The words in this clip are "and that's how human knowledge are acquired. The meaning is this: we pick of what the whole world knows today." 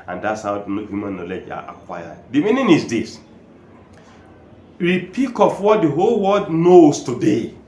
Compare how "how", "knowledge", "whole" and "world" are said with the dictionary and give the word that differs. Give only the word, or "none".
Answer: world